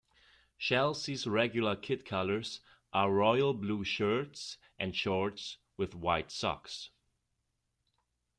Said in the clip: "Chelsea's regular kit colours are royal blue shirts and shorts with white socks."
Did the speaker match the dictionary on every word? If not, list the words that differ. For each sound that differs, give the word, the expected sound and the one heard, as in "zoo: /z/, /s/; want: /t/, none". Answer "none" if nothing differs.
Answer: chelsea's: /tʃ/, /ʃ/